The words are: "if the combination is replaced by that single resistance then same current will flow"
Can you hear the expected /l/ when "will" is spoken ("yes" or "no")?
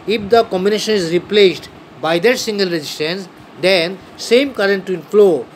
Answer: no